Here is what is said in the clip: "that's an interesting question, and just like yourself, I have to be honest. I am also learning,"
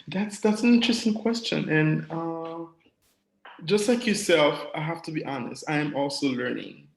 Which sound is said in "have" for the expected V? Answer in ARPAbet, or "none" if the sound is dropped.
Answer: F